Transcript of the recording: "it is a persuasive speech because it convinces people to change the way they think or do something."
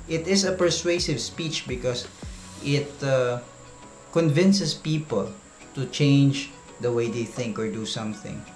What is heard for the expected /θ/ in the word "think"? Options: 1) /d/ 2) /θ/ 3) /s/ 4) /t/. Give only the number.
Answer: 2